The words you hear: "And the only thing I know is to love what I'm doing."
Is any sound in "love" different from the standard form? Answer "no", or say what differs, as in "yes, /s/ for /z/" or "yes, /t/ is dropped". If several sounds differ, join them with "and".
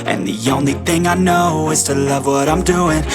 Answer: no